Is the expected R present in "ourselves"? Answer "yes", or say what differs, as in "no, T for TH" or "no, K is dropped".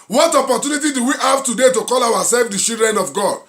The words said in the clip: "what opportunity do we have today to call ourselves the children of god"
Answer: no, W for R